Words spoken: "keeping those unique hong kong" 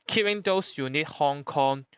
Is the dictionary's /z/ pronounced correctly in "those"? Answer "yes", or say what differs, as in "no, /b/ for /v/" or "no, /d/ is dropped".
no, /s/ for /z/